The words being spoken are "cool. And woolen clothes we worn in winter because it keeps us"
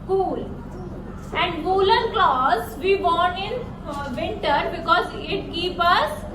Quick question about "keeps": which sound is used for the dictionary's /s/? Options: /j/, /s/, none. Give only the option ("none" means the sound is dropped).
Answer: none